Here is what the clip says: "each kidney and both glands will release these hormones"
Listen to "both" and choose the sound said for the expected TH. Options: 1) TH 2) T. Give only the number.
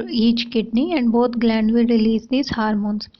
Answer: 2